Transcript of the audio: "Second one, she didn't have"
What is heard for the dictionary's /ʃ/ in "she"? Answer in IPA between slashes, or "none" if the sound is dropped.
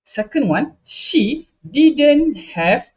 /ʃ/